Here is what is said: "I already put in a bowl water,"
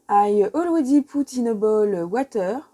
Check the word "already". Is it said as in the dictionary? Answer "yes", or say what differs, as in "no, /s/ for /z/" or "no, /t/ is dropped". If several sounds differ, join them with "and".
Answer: no, /w/ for /ɹ/